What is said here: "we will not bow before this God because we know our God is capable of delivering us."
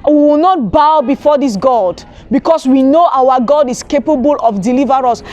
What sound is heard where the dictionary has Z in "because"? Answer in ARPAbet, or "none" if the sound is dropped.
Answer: S